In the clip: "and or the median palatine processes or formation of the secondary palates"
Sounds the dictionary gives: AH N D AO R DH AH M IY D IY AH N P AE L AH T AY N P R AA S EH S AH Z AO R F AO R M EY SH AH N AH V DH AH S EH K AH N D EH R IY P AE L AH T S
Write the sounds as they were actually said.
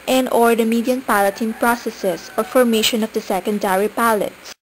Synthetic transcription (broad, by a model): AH N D AO R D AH M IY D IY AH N P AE L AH T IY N P R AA S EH S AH S AO R F AO R M EY SH AH N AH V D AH S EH K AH N D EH R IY P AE L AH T S